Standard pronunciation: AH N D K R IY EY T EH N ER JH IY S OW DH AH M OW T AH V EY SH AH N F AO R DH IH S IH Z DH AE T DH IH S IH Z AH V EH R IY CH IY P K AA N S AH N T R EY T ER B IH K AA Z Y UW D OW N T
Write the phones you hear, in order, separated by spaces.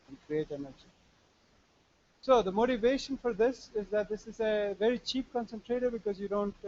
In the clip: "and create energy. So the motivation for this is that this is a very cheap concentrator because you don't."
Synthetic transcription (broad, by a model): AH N K R IY EY T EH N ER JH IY S OW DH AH M OW T AH V EY SH AH N F AO R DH IH S IH Z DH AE T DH IH S IH Z AH V EH R IY CH IY P K AA N S AH N T R EY T ER B IH K AA Z Y UW D OW N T